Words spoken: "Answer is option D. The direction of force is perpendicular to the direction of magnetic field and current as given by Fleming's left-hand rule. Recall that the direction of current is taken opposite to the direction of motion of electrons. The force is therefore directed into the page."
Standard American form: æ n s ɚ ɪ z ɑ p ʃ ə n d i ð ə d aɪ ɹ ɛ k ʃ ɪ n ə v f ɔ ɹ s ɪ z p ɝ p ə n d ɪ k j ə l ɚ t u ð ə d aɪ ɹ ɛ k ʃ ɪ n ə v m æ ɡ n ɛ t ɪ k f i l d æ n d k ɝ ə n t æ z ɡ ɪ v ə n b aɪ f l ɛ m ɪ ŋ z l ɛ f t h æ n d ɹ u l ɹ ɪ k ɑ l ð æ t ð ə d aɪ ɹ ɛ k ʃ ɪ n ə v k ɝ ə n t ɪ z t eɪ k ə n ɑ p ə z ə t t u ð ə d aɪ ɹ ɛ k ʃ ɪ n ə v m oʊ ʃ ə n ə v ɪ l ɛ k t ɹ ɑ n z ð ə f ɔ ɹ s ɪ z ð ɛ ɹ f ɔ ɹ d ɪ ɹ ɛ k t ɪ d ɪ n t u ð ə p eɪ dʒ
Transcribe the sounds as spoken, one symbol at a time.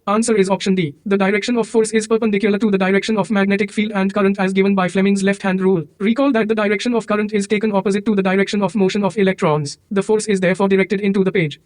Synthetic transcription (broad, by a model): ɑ n s ɚ ɪ z ɑ p ʃ ə n d i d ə d aɪ ɹ ɛ k ʃ ɪ n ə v f ɔ ɹ s ɪ z p ɝ p ə n d ɪ k j ə l ɚ t u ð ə d aɪ ɹ ɛ k ʃ ɪ n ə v m æ ɡ n ɛ t ɪ k f i l d æ n d k ɝ ə n t æ z ɡ ɪ v ə n b aɪ f l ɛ m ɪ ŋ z l ɛ f t h æ n d ɹ u l ɹ ɪ k ɑ l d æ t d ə d aɪ ɹ ɛ k ʃ ɪ n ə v k ɝ ə n t ɪ z t eɪ k ə n ɑ p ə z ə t t u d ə d aɪ ɹ ɛ k ʃ ɪ n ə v m oʊ ʃ ə n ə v ɪ l ɛ k t ɹ ɑ n z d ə f ɔ ɹ s ɪ z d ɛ ɹ f ɔ ɹ d ɪ ɹ ɛ k t ɪ d ɪ n t u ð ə p eɪ dʒ